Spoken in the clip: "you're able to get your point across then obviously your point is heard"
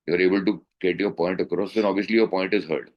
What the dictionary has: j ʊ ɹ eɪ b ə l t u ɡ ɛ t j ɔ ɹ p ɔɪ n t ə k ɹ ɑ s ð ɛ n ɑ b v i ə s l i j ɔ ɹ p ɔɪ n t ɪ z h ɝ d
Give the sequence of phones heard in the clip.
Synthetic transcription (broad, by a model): j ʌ ɹ eɪ b ə l t u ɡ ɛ t j ɔ ɹ p ɔɪ n t ə k ɹ ɑ s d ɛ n ɑ b v i ə s l i j ɔ ɹ p ɔɪ n t ɪ z h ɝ d